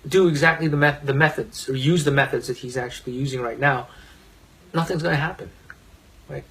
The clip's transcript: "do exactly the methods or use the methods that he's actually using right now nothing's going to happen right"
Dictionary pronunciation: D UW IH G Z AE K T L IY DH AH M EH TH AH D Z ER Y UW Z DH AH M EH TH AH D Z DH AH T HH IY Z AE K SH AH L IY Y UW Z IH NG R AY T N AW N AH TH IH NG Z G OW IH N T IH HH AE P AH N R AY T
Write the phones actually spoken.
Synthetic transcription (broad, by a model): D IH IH G Z AE K T L IY DH AH M EH TH AH D Z ER Y UW Z DH AH M EH TH AH D Z DH AH T HH IY Z AE K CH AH L IY Y UW Z IH NG R AY T N AW N AH TH IH NG Z G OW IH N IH HH AE P AH N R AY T